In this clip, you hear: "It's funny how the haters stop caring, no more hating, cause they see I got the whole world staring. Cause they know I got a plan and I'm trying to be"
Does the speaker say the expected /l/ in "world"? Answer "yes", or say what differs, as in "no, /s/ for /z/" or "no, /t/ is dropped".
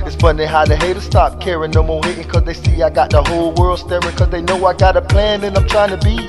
yes